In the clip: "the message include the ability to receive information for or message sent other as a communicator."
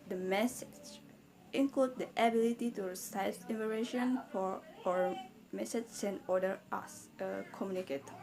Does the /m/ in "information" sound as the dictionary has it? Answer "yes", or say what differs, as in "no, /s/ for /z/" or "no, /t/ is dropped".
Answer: no, /m/ is dropped